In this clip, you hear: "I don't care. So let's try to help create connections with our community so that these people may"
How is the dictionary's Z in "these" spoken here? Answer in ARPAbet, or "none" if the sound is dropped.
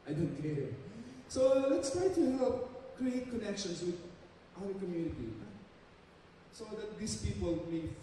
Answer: S